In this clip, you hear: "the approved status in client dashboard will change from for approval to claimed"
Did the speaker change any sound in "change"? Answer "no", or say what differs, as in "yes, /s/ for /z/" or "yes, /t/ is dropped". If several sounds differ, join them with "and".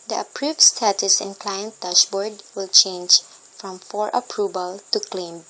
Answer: no